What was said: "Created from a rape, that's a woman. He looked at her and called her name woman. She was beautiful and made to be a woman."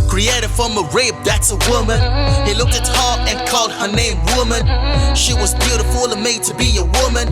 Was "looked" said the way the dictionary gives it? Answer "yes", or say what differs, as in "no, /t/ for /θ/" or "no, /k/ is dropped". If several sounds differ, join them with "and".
yes